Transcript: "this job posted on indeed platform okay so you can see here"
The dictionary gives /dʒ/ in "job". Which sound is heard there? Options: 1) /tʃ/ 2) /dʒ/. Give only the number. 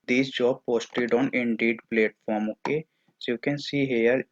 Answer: 2